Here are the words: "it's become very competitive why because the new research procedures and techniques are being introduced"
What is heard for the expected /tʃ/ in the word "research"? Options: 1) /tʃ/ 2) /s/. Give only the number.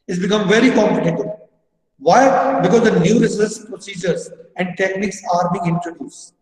2